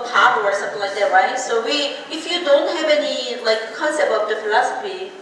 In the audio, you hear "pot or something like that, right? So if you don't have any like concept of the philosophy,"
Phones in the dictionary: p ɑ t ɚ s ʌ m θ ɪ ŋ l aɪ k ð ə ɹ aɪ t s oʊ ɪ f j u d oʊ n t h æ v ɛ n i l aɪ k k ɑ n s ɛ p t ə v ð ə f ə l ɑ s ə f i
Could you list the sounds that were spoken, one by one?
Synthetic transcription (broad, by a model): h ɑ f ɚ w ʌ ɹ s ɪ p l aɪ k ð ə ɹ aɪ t s oʊ ɪ f j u d oʊ n t h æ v ɛ n i l aɪ k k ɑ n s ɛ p ə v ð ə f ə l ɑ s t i